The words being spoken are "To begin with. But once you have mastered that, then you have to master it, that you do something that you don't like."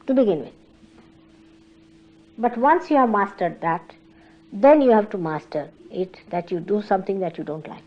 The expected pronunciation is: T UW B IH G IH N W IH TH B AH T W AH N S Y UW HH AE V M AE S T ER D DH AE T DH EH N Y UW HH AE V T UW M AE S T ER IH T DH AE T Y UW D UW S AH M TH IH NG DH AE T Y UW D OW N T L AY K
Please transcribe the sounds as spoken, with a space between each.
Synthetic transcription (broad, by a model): T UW B IH G IH N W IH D B AH T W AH N S Y UW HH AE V M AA S T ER D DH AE T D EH N Y UW HH AE V T UW M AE S T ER IH T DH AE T Y UW D UW S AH M T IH NG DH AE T Y UW D OW N T L AY K